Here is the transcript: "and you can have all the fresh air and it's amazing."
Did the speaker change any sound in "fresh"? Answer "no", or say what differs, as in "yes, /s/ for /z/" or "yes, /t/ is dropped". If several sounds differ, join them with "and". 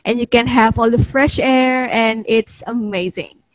no